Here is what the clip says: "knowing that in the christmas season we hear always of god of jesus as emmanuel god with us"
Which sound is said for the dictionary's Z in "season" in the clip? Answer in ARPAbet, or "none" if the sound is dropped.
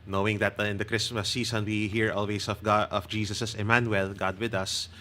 S